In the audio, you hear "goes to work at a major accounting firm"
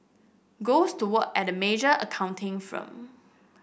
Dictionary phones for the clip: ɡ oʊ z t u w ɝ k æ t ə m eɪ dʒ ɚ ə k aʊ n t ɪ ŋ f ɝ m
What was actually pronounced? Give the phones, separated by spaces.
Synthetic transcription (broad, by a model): ɡ oʊ s t u w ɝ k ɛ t ə m eɪ dʒ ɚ ə k aʊ n t ɪ ŋ f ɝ m